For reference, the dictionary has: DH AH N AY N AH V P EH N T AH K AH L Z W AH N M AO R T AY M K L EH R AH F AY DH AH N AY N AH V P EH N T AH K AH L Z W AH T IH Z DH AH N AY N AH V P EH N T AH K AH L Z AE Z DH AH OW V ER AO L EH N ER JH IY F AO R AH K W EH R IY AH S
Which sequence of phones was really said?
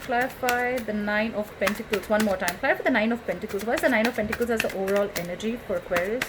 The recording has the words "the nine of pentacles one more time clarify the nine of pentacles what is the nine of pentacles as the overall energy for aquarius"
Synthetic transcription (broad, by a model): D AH N AY N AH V P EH N T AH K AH L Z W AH N M AO R T AY M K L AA AH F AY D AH N AY N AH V P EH N T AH K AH L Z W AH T IH Z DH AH N AY N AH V P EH N T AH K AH L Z AE Z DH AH OW V ER AO L EH N ER JH IY F AO R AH K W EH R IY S